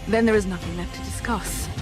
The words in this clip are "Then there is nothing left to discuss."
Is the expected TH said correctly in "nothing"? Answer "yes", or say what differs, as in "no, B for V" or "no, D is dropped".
yes